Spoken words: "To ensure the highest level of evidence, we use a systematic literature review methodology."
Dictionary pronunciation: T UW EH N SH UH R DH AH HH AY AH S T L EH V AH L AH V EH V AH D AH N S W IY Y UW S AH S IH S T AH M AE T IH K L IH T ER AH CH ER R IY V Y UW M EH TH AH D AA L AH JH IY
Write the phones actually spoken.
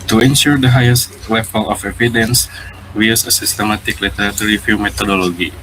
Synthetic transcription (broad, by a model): T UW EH N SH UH R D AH HH AY AH S T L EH F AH L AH F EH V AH D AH N S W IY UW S AH S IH S T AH M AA T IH K L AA T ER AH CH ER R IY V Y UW M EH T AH D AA L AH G IY